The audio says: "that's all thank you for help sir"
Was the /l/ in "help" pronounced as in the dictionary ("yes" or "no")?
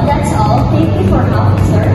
no